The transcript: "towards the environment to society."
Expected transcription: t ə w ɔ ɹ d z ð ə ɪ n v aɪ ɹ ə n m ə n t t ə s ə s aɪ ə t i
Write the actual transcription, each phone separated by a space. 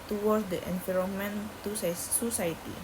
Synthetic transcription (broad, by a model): t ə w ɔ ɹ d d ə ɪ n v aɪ ɹ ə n m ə n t s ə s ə s aɪ t i